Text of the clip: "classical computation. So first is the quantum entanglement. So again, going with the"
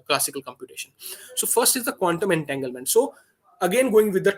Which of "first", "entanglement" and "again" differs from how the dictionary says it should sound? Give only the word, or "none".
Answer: none